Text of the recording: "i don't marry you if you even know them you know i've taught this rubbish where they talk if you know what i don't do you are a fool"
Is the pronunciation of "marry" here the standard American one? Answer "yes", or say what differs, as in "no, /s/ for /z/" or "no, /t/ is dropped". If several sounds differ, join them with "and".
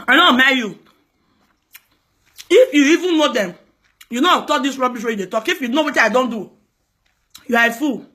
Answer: no, /ɹ/ is dropped